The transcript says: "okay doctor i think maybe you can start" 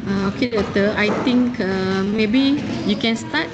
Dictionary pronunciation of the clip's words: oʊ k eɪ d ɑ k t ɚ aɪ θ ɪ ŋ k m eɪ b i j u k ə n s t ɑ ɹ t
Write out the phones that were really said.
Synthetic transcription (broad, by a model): oʊ k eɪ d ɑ t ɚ aɪ t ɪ ŋ k m eɪ b i j u k ə n s t ɑ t